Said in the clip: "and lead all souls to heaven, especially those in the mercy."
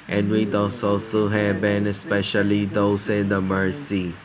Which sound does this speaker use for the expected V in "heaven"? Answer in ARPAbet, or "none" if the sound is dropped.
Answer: B